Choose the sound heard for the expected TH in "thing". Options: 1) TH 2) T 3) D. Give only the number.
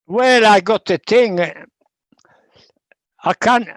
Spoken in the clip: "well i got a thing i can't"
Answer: 2